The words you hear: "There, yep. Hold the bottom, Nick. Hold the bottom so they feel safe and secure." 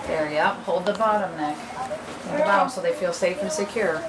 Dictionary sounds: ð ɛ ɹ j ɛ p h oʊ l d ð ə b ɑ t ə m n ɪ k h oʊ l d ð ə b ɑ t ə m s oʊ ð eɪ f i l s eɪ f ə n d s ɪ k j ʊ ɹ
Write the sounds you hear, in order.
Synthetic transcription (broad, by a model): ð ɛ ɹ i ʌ p h oʊ l d ð ə b ɑ t ə m n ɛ k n ð ə b ɑ t ə m s oʊ ð eɪ f i l s eɪ f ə n s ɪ k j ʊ ɹ